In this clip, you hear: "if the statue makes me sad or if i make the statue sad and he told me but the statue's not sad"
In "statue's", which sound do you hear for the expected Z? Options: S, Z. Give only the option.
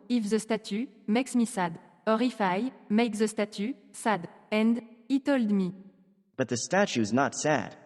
Z